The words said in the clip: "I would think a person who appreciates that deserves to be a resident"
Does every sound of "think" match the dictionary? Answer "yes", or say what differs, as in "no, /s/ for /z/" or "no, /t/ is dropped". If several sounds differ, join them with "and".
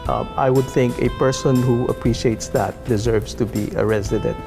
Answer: yes